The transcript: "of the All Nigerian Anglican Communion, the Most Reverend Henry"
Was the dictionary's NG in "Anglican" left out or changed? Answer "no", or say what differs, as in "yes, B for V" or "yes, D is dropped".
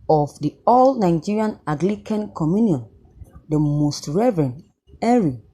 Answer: yes, NG is dropped